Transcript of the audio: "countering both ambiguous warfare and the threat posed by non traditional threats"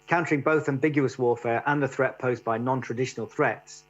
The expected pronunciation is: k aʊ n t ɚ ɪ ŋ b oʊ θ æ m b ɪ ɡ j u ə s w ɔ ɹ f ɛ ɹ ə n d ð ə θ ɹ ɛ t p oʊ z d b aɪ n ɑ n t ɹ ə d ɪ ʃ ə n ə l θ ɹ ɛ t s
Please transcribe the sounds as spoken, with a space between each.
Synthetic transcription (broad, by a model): k aʊ n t ɚ ɪ ŋ b oʊ θ æ m b ɪ ɡ j u ə s w ɔ f ɛ ɹ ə n ð ə θ ɹ ɛ t p oʊ z b aɪ n ɑ n t ɹ ə d ɪ ʃ ə n ə l θ ɹ ɛ t s